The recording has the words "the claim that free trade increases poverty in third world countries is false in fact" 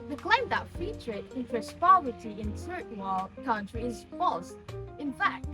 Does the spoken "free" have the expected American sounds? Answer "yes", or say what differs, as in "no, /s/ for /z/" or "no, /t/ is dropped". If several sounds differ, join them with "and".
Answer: no, /ɹ/ is dropped